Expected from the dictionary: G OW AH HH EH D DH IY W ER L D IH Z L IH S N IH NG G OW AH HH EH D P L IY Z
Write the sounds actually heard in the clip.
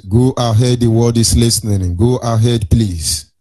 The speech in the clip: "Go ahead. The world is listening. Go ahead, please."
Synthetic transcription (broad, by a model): G OW AH HH EH D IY W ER D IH S L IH S N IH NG G OW AH HH EH D P L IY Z